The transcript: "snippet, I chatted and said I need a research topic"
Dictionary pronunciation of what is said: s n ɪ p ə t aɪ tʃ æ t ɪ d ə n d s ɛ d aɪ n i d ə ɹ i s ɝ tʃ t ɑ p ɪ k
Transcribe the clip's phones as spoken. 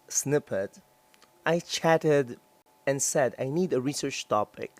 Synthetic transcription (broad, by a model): s n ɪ p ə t aɪ tʃ æ t ɪ d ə n s ɛ d aɪ n i d ə ɹ i s ɝ tʃ t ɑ p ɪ k